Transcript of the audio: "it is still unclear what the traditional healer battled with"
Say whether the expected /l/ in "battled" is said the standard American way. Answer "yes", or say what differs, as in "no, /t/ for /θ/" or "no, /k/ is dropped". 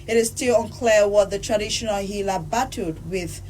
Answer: no, /l/ is dropped